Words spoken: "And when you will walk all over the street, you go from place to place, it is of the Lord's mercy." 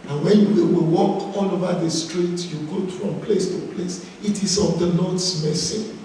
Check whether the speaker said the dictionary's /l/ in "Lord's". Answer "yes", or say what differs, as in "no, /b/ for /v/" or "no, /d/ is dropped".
no, /n/ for /l/